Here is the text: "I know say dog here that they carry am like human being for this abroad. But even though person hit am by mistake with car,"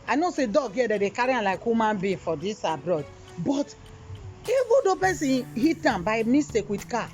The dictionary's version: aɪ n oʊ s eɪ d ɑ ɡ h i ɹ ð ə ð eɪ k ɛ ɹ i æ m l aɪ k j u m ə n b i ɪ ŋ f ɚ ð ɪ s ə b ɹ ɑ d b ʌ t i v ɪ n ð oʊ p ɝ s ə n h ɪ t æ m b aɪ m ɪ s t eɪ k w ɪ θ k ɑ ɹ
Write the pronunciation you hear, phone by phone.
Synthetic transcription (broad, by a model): aɪ n oʊ s eɪ d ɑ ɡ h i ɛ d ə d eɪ k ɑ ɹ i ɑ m l aɪ k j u m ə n b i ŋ f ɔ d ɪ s ə b ɹ ɑ d b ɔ t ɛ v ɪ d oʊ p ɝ s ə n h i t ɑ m b aɪ m ɪ s t eɪ k w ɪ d k ɑ